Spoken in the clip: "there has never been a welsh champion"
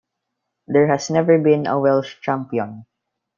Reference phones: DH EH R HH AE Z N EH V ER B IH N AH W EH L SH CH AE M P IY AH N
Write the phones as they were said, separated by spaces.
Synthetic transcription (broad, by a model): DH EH R HH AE S N EH V ER B IH N AH W EH L SH CH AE M P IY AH N